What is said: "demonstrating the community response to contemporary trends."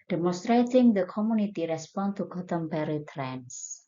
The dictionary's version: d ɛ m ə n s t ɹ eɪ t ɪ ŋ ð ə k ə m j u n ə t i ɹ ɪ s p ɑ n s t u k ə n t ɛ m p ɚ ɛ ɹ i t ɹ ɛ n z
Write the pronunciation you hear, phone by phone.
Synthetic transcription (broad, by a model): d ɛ m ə n s t ɹ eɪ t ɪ ŋ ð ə k ə m j u n ə t i ɹ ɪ s p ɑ n t u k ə t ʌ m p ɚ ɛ ɹ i t ɹ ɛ n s